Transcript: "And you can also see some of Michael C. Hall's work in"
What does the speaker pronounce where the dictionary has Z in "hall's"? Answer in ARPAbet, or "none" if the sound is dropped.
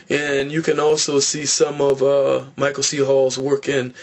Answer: Z